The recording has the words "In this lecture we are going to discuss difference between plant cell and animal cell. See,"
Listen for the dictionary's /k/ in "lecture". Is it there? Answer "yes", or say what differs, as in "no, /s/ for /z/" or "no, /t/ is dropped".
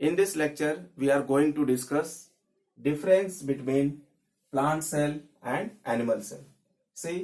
yes